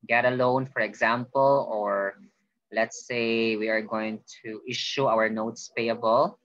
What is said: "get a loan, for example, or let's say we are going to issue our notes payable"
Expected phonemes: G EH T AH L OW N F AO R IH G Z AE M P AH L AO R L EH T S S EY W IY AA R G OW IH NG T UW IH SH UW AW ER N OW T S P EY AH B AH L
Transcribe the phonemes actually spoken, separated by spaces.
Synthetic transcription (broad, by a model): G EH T AH L OW N F AO R IH G Z AE M P AH L AO R L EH T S S EY W IY AA R G OW IH NG T UW IH SH UW AW ER N OW T S P EY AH B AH L